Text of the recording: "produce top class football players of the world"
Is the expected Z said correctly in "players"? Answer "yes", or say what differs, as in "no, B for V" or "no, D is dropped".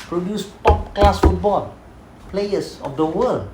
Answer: no, S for Z